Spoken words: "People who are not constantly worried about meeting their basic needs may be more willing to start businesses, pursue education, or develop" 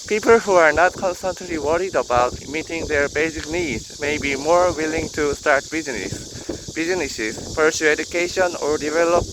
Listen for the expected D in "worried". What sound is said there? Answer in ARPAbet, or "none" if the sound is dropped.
D